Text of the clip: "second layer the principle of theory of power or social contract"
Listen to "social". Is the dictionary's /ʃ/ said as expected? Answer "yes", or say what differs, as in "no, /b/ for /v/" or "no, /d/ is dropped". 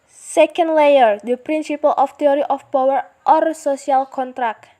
no, /s/ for /ʃ/